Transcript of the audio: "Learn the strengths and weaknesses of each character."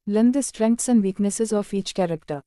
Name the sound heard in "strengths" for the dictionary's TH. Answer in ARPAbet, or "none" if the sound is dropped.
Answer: T